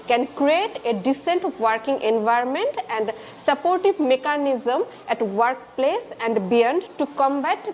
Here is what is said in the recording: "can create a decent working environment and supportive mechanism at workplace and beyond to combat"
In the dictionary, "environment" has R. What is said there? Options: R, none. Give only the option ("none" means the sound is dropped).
R